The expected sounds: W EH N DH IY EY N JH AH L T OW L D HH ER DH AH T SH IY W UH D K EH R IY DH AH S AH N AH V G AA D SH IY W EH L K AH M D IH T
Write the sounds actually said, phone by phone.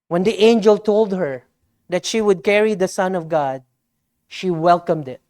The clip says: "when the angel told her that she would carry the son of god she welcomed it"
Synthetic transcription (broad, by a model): W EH N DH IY EY N JH AH L T OW L D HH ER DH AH T SH IY W UH D K EH R IY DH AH S AH N AH V G AA D SH IY W EH L K AH M D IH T